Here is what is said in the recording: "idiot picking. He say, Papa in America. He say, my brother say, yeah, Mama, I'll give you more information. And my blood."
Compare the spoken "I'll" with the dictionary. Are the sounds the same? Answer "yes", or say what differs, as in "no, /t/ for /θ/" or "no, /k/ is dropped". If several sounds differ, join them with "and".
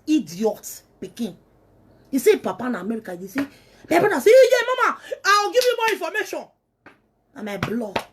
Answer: no, /w/ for /l/